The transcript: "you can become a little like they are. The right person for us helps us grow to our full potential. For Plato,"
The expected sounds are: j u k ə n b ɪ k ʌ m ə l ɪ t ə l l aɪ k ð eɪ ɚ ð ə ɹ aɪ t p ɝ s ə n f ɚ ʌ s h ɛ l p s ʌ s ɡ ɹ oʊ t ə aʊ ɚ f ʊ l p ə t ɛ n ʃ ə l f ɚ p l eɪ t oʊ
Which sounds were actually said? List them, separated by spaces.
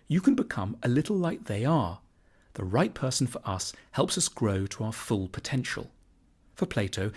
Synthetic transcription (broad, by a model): j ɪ k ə n b ɪ k ʌ m ə l ɪ t l l aɪ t ð eɪ ɚ ð ə ɹ aɪ t p ɝ s n f ɚ ʌ s h ɛ l p s ʌ s ɡ ɹ oʊ t ə aʊ ɚ f ʊ l p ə t ɛ n ʃ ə l f ɚ p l eɪ t oʊ